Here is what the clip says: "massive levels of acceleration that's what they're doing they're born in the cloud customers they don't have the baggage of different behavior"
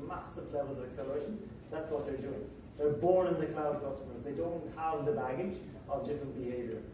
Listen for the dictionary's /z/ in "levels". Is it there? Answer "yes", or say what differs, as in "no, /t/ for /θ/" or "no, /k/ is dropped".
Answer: yes